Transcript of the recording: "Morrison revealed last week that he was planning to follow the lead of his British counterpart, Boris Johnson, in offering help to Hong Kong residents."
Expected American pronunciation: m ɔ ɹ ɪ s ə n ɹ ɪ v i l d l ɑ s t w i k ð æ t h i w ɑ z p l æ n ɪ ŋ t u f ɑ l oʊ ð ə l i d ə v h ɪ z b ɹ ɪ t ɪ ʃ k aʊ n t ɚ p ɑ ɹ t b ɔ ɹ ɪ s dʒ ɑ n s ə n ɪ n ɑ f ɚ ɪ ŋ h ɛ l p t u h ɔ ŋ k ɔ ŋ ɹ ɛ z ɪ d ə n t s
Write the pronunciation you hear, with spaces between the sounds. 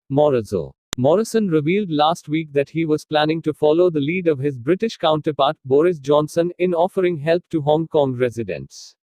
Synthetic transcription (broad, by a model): m ɔ ɹ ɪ s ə n ɹ ɪ v i l d l ɑ s t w i k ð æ t h i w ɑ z p l æ n ɪ ŋ t u f ɑ l oʊ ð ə l i d ə v h ɪ z b ɹ ɪ t ɪ ʃ k aʊ n t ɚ p ɑ ɹ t b ɔ ɹ ɪ s dʒ ɑ n s ə n ɪ n ɑ f ɚ ɪ ŋ h ɛ l p t u h ɔ ŋ k ɔ ŋ ɹ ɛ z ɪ d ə n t s